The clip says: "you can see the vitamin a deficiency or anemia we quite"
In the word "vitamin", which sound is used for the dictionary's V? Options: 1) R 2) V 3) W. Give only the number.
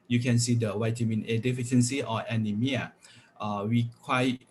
3